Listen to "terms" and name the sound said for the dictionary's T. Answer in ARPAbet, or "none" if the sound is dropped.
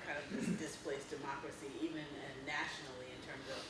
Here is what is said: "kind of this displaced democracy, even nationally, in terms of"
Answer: T